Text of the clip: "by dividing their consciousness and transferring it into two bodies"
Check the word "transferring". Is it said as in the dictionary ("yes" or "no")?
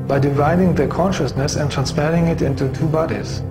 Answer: no